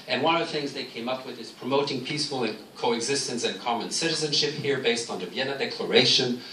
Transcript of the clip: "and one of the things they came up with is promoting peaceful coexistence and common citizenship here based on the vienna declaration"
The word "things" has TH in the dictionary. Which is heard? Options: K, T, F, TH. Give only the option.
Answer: TH